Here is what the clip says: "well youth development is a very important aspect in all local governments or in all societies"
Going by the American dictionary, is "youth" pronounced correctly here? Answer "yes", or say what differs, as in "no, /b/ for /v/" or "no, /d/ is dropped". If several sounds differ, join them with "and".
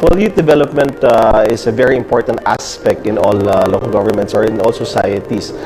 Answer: no, /t/ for /θ/